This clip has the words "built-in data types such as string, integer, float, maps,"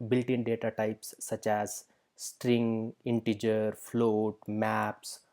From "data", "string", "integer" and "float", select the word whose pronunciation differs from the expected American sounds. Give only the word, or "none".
none